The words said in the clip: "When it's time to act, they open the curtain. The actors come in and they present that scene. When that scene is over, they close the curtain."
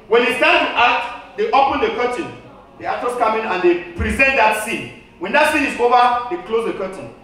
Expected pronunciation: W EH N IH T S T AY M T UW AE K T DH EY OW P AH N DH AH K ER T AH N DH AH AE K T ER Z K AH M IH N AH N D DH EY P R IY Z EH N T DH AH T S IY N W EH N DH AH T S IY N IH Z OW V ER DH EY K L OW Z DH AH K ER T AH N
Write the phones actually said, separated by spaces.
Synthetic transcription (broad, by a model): W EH N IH S T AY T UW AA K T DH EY OW P AH N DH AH K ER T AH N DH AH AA T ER S K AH M IH N AH N D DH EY P R IY Z EH N T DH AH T S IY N W EH N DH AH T S IY N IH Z OW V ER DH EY K L OW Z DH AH K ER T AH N